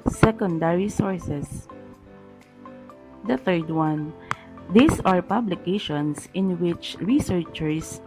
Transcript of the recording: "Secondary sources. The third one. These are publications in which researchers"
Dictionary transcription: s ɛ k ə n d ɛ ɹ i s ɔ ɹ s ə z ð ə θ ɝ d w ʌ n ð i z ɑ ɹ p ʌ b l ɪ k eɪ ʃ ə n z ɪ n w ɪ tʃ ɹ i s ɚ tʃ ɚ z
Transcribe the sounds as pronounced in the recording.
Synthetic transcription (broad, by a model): s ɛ k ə n d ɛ ɹ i s ɔ ɹ s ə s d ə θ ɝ d w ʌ n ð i s ɑ ɹ p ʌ b l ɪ k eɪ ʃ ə n s ɪ n w ɪ tʃ ɹ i s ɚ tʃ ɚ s